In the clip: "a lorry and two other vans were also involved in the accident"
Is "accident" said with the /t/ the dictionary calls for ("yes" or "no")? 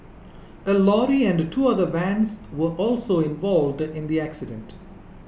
yes